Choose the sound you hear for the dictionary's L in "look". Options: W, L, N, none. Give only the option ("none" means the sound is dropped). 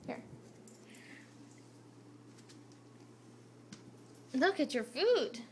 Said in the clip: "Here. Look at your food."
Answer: L